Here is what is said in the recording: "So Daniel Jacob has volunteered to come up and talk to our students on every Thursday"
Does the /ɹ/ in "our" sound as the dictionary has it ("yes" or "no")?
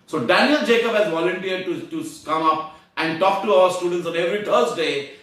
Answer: no